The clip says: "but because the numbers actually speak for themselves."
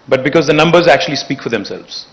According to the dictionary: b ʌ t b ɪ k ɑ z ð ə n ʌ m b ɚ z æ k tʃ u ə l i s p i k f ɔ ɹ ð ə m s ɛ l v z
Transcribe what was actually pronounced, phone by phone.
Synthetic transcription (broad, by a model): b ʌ t b ɪ k ɑ z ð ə n ʌ m b ɚ z æ k tʃ u ə l i s p i k f ɔ ɹ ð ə m s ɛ l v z